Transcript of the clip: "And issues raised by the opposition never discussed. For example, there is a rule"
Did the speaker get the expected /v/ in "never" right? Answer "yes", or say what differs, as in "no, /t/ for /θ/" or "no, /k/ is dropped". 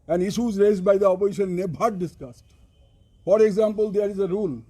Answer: no, /b/ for /v/